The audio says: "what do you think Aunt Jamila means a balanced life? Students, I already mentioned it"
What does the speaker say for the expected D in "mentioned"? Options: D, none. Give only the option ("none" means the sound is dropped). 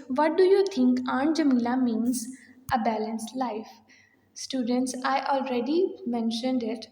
D